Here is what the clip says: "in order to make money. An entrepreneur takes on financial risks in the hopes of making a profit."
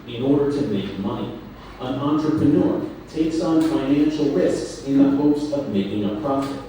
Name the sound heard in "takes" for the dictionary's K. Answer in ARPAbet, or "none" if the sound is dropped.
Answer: K